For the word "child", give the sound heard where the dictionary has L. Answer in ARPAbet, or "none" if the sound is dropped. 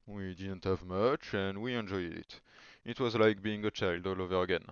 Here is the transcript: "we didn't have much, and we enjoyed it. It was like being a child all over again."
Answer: L